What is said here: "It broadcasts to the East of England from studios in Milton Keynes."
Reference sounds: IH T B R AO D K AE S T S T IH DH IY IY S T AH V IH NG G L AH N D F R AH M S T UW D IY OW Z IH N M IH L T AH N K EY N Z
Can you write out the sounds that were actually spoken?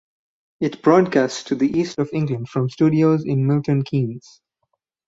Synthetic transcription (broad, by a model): IH T B R AO D K AE S T S T IH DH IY IY S T AH V IH NG G L AH N D F R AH M S T UW D IY OW Z IH N M IH L T AH N K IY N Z